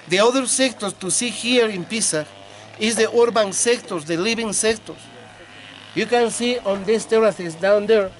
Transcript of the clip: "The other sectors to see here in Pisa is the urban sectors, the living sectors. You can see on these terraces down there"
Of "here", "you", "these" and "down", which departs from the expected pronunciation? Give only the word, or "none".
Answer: these